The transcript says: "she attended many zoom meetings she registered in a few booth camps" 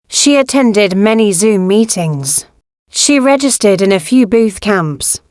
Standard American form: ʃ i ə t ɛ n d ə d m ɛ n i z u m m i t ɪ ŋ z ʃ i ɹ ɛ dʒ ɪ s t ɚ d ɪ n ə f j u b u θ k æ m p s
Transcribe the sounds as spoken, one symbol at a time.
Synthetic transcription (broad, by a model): ʃ i ə t ɛ n d ə d m ɛ n i z u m m i t ɪ ŋ z ʃ i ɹ ɛ dʒ ɪ s t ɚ d ɪ n ə f j u b u θ k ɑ m p s